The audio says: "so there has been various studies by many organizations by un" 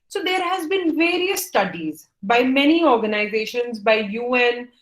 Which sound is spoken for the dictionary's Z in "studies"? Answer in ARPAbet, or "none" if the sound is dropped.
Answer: Z